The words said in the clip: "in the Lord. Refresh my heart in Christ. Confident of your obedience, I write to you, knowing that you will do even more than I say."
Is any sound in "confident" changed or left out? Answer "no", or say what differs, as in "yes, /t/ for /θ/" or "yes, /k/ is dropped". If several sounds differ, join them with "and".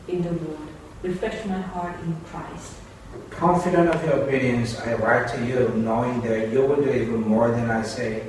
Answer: no